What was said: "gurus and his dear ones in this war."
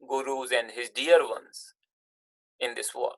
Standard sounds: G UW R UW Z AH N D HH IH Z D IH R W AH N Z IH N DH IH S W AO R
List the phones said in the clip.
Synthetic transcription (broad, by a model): G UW R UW Z AH N D HH IH Z D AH R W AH N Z IH N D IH S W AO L